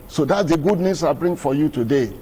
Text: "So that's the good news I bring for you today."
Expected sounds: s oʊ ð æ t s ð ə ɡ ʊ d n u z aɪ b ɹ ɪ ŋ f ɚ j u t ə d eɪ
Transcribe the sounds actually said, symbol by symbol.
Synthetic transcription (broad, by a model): s oʊ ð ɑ t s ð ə ɡ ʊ d n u s aɪ b ɹ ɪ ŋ f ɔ j u t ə d eɪ